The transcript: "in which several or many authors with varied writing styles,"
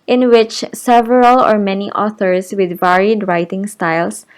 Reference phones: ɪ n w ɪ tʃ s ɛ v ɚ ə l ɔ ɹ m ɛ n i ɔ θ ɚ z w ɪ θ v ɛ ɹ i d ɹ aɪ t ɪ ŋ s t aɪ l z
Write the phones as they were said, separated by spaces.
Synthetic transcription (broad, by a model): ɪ n w ɪ tʃ s ɛ v ɚ ə l ɔ ɹ m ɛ n i ɔ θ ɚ s w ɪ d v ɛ ɹ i d ɹ aɪ t ɪ ŋ s t aɪ l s